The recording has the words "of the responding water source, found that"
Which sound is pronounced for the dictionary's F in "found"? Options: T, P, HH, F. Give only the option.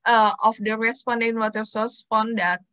P